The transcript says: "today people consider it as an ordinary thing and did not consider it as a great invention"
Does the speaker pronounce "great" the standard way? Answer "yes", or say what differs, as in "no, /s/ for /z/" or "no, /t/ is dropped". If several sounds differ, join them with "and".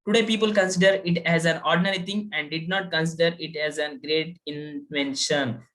yes